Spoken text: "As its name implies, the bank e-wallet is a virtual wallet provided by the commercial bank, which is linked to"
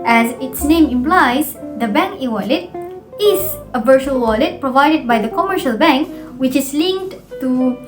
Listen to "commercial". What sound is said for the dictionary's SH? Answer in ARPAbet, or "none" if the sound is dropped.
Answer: SH